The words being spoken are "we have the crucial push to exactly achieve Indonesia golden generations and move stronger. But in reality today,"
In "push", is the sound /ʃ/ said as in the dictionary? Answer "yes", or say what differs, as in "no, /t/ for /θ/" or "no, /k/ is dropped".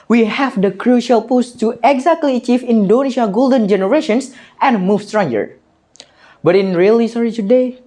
no, /s/ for /ʃ/